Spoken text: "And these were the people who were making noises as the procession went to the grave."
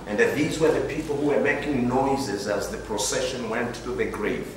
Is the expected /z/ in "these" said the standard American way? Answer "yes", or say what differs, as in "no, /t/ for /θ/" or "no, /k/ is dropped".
yes